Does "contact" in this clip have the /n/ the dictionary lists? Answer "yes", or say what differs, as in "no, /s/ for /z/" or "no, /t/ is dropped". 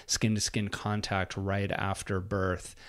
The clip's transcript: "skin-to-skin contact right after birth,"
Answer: yes